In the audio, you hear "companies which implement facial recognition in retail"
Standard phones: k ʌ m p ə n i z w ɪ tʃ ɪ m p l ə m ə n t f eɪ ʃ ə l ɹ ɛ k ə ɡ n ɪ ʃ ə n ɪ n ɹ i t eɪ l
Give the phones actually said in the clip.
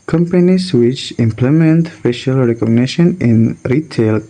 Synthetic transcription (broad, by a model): k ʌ m p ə n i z w ɪ tʃ ɪ m p l ə m ə n t f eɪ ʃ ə l ɹ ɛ k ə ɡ n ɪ ʃ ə n ɪ n ɹ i t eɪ l